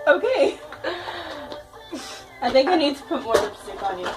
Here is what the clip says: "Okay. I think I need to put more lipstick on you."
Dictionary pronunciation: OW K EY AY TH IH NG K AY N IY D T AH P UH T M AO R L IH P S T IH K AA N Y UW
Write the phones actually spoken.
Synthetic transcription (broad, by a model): OW K EY AY TH IH NG K AY N IY D T AH P UH T M AO R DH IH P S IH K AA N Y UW